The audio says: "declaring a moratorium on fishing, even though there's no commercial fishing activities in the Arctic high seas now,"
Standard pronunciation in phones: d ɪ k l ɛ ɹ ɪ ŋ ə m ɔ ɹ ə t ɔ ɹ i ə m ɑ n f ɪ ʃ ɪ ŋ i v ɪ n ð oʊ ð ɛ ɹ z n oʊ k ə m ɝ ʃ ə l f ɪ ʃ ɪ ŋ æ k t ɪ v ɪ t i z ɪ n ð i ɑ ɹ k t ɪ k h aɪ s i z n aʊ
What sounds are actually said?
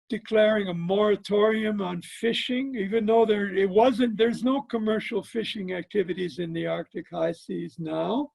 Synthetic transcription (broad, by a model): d ɪ k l ɛ ɹ ɪ ŋ ə m ɔ ɹ ə t ɔ ɹ i ə m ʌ n f ɪ ʃ ɪ ŋ i v ɪ n ð oʊ ð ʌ ɹ z n oʊ k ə m ɝ ʃ l f ɪ ʃ ɪ ŋ æ k t ɪ v ɪ t i z ɪ n ð i ɑ ɹ k t ɪ k h aɪ s i z n aʊ